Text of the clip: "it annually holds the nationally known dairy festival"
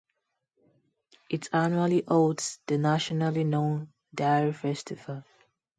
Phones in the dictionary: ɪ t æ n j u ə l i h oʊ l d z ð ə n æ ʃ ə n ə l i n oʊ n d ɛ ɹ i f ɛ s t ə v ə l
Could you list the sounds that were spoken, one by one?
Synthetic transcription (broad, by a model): ɪ t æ n j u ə l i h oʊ d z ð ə n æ ʃ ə n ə l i n oʊ n d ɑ ɹ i f ɛ s t ə v ə l